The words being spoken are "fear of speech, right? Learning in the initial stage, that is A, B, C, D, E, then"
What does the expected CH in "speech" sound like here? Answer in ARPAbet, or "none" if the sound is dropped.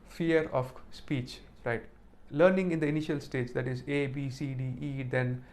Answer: CH